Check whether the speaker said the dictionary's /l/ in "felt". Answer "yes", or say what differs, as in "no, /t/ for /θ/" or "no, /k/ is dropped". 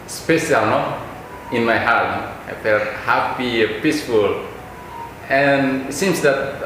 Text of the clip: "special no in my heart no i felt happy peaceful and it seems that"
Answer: no, /l/ is dropped